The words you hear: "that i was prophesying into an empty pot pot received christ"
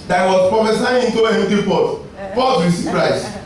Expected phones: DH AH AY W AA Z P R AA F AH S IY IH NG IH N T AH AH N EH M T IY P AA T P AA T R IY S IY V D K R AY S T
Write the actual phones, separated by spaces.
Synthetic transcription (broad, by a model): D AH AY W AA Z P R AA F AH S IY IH IH N T AH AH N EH T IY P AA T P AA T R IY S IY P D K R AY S